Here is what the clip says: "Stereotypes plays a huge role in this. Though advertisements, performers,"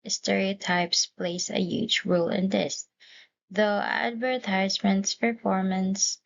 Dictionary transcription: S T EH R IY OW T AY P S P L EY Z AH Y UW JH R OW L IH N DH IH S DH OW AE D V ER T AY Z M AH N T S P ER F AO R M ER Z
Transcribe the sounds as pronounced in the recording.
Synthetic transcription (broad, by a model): S T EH R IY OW T AY P S P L EY S AH Y UW JH R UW L IH N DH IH S DH OW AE D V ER T AY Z M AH N T S P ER F AO R M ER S